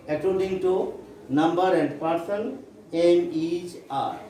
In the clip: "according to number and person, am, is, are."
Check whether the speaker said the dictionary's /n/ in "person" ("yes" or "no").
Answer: no